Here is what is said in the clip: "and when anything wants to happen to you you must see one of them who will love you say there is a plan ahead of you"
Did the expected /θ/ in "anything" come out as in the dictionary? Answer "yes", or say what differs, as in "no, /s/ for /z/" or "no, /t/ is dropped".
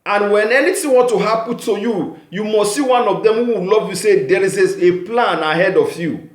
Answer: no, /t/ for /θ/